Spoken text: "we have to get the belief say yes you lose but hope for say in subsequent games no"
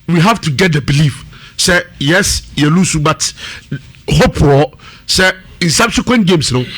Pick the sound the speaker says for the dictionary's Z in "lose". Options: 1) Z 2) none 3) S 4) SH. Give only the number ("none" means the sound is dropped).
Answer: 3